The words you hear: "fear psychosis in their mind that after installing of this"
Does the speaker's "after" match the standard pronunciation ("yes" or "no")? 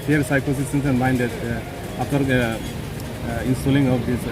no